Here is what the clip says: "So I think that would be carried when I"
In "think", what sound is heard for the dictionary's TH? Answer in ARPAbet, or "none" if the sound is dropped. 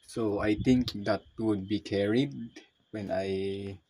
T